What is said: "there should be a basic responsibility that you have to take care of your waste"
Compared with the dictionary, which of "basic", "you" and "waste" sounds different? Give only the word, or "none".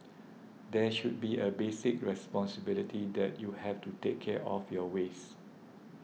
waste